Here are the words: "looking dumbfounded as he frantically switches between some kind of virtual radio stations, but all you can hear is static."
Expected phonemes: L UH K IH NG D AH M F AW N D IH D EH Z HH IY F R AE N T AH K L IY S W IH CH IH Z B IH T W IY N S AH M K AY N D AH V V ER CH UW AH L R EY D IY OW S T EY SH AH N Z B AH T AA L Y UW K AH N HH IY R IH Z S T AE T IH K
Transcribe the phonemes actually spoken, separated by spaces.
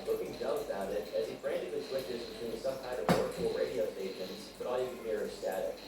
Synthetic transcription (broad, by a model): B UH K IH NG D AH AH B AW D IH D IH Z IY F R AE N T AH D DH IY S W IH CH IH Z B IH T W IY N S AH M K AY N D AH V W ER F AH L R EY D IY OW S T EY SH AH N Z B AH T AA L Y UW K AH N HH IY R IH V S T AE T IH